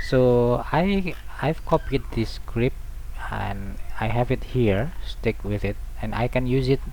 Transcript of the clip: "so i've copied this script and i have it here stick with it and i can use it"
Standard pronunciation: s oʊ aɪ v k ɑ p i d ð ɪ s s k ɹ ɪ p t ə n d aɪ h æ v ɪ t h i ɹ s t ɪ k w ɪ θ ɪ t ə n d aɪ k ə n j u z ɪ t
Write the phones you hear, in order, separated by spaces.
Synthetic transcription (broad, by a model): s oʊ aɪ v k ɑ p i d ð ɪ s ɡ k ɹ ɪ p ə n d aɪ h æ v ɪ t h i ɹ s t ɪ k w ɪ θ ɪ t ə n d aɪ k ə n j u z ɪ t